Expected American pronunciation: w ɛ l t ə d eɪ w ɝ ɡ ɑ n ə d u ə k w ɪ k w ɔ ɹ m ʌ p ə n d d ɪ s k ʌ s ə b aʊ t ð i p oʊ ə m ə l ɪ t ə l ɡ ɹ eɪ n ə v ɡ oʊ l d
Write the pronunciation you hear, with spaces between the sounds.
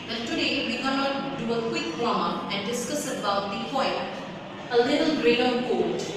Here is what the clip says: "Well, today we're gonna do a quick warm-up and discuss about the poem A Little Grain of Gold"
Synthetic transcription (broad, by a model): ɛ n t ə d eɪ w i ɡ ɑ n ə d u ə k w ɪ k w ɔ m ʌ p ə n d d ɪ s k ʌ s ə b aʊ t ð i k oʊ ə ə l ɪ t ə l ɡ ɹ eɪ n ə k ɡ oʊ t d